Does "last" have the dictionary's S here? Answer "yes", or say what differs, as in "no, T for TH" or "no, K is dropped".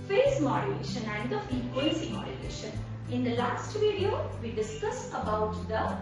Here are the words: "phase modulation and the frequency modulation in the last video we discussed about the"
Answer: yes